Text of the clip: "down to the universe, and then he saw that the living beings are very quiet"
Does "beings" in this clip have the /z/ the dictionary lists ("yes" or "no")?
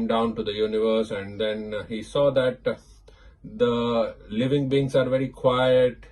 no